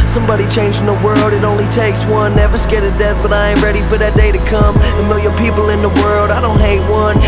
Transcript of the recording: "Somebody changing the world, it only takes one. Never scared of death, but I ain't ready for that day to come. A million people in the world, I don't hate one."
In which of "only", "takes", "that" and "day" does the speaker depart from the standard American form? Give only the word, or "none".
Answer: none